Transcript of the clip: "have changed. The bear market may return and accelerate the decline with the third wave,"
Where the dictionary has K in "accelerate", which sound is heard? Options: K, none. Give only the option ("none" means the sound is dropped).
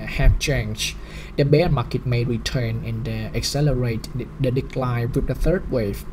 K